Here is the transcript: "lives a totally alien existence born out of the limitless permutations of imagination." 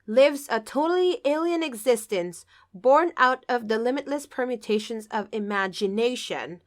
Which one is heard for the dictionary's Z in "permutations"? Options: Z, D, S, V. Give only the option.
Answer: Z